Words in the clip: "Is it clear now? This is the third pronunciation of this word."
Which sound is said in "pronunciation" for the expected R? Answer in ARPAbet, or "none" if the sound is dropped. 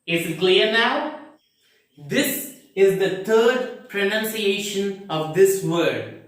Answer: R